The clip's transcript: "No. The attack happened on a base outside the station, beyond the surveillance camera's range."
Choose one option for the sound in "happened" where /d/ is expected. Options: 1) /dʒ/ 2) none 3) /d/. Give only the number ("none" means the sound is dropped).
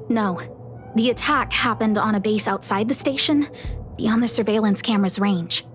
3